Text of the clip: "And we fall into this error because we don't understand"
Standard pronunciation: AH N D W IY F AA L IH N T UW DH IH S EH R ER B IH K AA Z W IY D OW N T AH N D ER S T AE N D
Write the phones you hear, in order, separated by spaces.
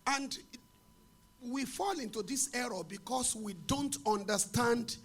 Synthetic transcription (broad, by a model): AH N D W IY F AA L IH N T UW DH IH S EH R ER B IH K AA S W IY D OW N T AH N D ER S T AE N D